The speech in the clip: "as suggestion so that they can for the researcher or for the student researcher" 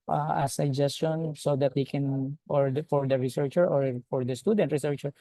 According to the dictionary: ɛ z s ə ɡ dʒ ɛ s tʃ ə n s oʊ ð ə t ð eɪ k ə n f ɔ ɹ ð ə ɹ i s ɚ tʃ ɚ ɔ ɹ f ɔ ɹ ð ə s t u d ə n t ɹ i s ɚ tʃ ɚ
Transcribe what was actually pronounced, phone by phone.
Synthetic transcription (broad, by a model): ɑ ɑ s ə ɡ dʒ ɛ s tʃ ə n s oʊ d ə t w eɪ k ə n f ɔ ɹ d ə ɹ i s ɚ tʃ ɚ ɔ ɹ f ɔ ɹ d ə s t u d ə n t ɹ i s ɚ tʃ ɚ